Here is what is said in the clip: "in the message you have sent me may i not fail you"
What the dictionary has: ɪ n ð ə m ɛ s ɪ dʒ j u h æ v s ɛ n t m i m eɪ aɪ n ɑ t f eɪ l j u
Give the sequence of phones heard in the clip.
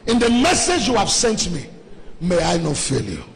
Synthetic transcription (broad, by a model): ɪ n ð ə m ɛ s ɪ dʒ j u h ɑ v s ɛ n t m i m eɪ aɪ n ɑ t f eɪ l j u